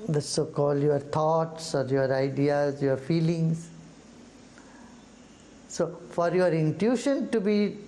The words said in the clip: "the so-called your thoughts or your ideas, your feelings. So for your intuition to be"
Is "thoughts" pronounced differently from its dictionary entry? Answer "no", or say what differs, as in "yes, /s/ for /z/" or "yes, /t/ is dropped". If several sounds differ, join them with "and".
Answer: yes, /t/ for /θ/